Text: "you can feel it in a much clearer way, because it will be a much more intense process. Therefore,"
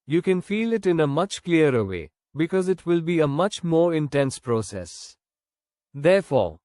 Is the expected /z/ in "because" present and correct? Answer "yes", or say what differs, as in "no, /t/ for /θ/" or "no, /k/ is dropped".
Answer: yes